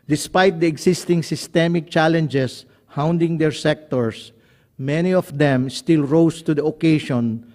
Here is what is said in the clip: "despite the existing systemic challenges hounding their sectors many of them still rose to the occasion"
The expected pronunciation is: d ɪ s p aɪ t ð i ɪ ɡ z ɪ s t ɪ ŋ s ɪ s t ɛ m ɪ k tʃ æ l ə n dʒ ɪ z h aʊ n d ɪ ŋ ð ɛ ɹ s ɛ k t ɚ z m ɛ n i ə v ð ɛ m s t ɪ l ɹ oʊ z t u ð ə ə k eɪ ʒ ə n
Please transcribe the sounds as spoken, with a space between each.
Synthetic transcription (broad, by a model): d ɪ s p aɪ t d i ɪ ɡ s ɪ s t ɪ ŋ s ɪ s t ɛ m ɪ k tʃ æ l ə n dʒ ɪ s h aʊ n d ɪ ŋ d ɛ ɹ s ɛ k t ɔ s m ɛ n i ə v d ɛ m s t ɪ l ɹ oʊ s t u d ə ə k eɪ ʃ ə n